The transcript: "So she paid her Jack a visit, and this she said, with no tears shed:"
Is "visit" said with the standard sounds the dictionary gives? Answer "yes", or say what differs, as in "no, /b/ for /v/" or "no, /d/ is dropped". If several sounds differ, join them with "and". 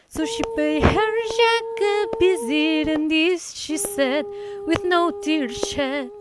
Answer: no, /b/ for /v/